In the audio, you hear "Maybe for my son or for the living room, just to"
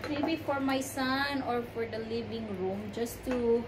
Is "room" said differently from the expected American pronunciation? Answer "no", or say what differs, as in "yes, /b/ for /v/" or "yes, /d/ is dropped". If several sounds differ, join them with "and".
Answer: no